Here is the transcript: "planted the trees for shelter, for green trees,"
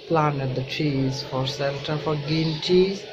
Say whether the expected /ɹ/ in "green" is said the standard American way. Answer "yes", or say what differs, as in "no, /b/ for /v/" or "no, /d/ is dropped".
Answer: no, /ɹ/ is dropped